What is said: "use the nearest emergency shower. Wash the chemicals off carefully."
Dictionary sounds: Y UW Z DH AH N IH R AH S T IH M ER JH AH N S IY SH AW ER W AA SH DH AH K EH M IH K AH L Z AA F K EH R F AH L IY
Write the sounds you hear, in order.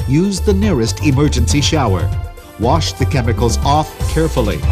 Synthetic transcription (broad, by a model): Y UW Z DH AH N IH R AH S T IH M ER JH AH N S IY SH AW ER W AA SH DH AH K EH M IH K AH L Z AA F K EH R F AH L IY